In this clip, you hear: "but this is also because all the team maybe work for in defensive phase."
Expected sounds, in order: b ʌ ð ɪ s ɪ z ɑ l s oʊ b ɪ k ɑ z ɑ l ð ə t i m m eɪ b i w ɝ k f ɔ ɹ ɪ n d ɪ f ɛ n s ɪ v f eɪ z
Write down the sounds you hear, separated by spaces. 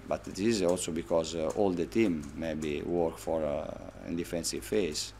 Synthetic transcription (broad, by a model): b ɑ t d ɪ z ɑ l s oʊ b ɪ k ɑ z ɑ l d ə t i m m eɪ b i w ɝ k f ɔ ɹ ɪ n d ɪ f ɛ n s ɪ v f eɪ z